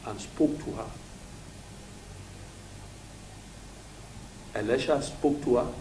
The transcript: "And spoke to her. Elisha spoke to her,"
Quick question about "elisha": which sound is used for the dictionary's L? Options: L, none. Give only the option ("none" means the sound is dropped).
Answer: L